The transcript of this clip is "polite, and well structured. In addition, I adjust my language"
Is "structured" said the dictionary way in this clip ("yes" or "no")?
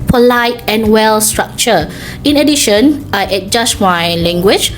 no